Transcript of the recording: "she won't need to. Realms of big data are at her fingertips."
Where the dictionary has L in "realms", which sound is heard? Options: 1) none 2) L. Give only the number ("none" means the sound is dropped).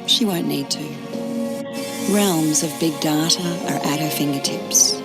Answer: 2